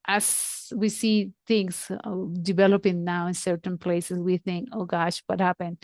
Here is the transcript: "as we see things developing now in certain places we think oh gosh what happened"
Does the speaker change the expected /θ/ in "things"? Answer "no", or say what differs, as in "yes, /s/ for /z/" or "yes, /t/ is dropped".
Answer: yes, /t/ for /θ/